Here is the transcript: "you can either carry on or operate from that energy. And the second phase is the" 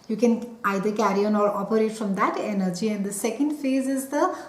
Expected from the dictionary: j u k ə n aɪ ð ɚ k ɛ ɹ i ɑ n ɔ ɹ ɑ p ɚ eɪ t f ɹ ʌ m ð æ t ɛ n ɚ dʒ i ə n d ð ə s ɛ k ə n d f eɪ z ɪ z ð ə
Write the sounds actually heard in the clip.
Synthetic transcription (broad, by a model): j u k ə n aɪ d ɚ k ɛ ɹ i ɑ n ɔ ɹ ɑ p ɚ eɪ t f ɹ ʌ m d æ t ɛ n ɚ dʒ i ə n d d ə s ɛ k ə n d f eɪ z ɪ z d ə